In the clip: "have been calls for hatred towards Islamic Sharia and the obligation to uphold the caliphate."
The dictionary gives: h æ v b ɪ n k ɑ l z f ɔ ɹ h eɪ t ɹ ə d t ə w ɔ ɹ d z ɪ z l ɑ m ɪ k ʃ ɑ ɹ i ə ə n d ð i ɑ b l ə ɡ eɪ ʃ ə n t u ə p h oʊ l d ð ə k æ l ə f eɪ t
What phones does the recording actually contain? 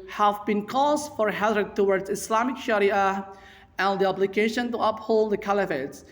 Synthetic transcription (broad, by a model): h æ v b ɪ n k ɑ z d f ɔ ɹ h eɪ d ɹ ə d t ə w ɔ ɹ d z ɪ s l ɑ m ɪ k ʃ ɑ ɹ i ə ə n d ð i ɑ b l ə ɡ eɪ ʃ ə n t u ə p h oʊ l d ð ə k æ l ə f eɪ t